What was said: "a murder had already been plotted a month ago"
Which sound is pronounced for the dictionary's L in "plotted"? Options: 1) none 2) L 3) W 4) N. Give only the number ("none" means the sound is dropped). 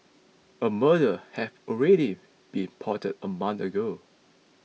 1